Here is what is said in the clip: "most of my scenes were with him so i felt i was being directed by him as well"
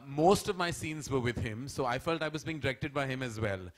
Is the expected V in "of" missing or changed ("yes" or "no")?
no